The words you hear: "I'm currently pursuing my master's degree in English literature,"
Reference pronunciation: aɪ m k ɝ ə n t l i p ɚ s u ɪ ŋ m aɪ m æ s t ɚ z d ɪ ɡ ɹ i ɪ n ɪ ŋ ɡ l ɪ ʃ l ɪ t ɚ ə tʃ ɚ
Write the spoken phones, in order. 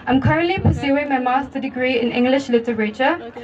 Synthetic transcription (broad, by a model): aɪ m k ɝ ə n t l i p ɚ s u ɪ ŋ m aɪ m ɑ s t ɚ d ɪ ɡ ɹ i ɪ n ɪ ŋ ɡ l ɪ ʃ l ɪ t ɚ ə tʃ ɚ